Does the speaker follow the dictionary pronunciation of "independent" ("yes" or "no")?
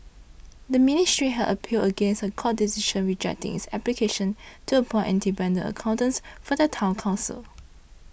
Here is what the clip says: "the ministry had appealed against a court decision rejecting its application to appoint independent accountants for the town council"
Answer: no